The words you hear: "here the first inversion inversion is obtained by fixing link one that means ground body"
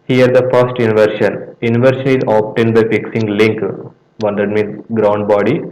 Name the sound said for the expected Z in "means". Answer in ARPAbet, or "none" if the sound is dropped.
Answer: none